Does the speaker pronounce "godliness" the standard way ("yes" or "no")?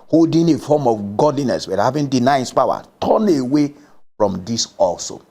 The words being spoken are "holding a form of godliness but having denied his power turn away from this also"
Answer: yes